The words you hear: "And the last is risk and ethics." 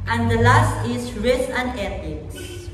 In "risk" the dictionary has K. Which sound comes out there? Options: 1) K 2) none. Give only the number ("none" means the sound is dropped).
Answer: 2